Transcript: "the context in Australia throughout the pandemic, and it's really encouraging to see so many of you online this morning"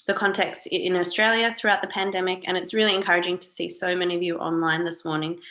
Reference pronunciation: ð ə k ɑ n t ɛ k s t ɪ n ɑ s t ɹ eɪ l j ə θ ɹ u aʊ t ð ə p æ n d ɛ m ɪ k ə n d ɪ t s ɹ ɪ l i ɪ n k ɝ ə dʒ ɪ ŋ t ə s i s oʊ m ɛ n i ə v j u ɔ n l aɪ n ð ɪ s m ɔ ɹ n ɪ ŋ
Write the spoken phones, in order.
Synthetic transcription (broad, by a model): ð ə k ɑ n t ɛ k s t ɪ n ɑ s t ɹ eɪ l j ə θ ɹ u aʊ t ð ə p æ n d ɛ m ɪ k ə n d ɪ t s ɹ ɪ l i ɪ n k ɝ ə dʒ ɪ ŋ t ə s i s oʊ m ɛ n i ə v j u ɔ n l aɪ n ð ɪ s m ɔ ɹ n ɪ ŋ